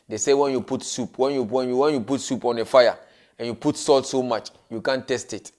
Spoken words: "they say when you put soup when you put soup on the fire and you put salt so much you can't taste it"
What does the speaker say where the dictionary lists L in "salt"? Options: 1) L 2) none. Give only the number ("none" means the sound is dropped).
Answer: 1